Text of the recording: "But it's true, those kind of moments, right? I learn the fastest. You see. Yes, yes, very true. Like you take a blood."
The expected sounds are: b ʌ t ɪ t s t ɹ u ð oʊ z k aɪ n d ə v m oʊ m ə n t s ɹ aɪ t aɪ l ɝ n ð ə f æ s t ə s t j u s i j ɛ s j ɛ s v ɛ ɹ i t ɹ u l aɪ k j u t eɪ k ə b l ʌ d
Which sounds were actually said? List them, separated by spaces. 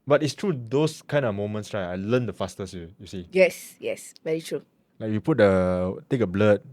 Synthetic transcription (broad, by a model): b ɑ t ɪ t s t ɹ u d oʊ s k aɪ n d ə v m oʊ m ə n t s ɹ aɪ aɪ l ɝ n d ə f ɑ s t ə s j j u s i j ɛ s j ɛ s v ɛ ɹ i t ɹ u l aɪ k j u t eɪ k ə b l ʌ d